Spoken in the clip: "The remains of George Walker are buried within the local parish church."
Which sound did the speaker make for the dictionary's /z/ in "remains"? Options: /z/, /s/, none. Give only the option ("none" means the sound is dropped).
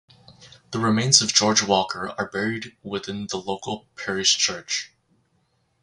/z/